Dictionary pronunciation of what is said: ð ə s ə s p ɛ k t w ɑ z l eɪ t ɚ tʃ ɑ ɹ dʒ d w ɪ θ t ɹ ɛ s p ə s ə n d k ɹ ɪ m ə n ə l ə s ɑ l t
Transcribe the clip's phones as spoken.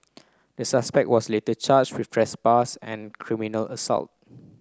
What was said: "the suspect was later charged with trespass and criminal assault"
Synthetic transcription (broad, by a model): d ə s ə s p ɛ k t w ɑ s l eɪ t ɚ tʃ ɑ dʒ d w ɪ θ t ɹ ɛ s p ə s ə n k ɹ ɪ m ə n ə l ə s ɑ l t